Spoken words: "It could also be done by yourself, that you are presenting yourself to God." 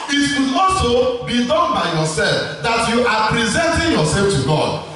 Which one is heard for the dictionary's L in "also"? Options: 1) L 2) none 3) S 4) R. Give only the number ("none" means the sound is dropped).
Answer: 2